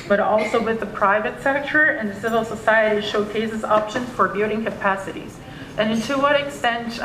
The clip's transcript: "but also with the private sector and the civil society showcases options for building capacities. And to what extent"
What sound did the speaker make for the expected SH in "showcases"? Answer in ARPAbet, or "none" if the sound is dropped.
SH